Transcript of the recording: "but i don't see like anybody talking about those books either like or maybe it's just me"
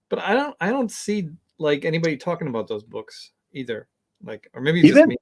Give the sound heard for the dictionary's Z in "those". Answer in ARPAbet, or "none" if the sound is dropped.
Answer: Z